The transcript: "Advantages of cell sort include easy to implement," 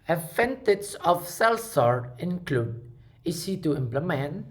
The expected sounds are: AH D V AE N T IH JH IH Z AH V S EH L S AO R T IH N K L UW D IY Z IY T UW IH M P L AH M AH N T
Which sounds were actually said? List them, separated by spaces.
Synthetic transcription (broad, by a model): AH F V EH N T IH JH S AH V S EH L S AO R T IH N K L UW D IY S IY T UW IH M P L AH M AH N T